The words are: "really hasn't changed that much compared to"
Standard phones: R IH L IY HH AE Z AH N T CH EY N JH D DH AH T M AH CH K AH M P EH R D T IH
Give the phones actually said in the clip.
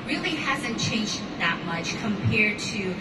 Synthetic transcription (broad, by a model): R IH L IY HH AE Z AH N CH EY N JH DH AH T M AH CH K AH M P EH R D T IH